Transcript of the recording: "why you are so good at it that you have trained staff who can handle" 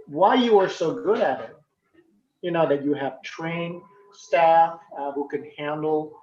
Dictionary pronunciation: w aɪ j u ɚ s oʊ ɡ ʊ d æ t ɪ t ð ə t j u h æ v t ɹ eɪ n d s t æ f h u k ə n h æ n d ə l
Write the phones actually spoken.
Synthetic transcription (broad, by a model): w aɪ j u ɚ s oʊ ɡ ʊ d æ t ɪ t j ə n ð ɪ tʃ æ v t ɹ eɪ n s t æ f h u k ə n h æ n d l